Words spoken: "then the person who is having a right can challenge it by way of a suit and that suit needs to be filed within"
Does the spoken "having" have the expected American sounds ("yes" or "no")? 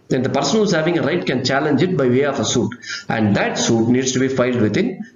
yes